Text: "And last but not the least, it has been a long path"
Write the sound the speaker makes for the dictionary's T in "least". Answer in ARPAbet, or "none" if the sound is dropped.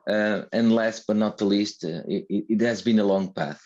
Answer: T